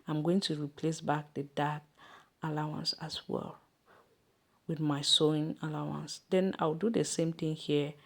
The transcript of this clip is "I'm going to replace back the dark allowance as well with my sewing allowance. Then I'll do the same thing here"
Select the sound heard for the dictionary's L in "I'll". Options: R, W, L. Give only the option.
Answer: W